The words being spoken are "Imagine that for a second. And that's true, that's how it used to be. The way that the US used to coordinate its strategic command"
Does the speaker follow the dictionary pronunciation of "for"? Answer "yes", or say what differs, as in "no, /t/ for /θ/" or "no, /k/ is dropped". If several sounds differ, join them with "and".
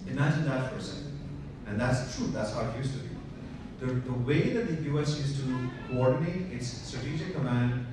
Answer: no, /p/ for /f/